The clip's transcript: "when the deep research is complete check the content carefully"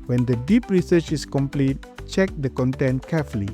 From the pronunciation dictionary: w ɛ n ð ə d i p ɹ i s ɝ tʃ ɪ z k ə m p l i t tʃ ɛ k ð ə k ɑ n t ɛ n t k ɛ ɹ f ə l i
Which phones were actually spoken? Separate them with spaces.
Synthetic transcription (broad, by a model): w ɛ n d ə d i p ɹ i s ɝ tʃ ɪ s k ə m p l i t tʃ ɛ k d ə k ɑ n t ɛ n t k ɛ f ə l i